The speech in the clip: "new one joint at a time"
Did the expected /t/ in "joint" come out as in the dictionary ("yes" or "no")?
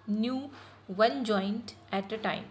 yes